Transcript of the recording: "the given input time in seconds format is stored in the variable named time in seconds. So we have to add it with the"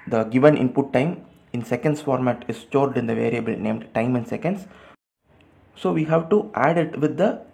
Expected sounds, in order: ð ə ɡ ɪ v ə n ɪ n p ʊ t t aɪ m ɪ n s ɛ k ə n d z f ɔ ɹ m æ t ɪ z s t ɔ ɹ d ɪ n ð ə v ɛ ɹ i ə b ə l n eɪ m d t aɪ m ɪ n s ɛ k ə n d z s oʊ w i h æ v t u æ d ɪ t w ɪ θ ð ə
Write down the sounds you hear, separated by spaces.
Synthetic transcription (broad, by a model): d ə ɡ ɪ v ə n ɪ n p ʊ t t aɪ m ɪ n s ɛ k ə n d s f ɔ ɹ m æ t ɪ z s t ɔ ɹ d ɪ n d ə v ɛ ɹ i ə b ə l n eɪ m d t aɪ m ɪ n s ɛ k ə n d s s oʊ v i h æ v t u æ d ɪ t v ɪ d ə